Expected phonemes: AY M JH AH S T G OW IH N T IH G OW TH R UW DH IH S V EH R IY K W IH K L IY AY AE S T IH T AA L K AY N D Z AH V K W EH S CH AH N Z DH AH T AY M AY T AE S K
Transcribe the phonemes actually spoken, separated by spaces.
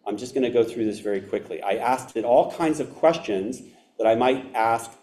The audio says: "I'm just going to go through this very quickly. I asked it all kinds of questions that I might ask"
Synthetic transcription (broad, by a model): AY M JH AH S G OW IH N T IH G OW TH R UW DH IH S V EH R IY K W IH K L IY AY AE S T IH T AA L K AY N D Z AH V K W EH S CH AH N Z DH AH T AY M AY T AE S K